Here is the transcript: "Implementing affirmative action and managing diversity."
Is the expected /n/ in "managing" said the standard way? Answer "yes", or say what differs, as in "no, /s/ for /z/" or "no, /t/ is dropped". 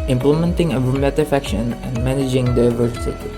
yes